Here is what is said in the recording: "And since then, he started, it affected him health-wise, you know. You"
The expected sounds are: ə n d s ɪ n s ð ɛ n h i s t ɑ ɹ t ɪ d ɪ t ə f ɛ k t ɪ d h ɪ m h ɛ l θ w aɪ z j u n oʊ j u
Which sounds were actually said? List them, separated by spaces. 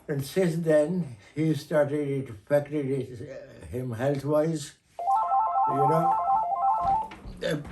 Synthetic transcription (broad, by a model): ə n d s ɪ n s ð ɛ n h i s t ɑ ɹ t ɪ d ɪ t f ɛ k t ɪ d h ɪ m h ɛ l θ w aɪ z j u n oʊ